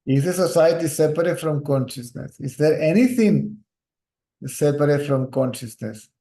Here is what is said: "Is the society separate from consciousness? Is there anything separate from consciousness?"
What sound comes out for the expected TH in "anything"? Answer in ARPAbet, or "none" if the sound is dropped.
T